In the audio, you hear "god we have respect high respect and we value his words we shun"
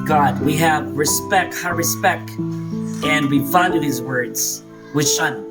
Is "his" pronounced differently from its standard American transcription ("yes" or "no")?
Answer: no